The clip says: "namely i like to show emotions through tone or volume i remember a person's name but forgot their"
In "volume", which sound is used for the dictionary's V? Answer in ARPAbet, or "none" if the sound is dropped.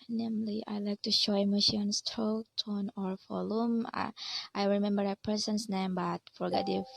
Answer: F